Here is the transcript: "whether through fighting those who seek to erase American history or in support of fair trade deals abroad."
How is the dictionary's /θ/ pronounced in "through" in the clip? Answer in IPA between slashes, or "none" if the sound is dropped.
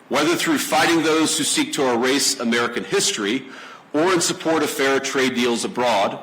/θ/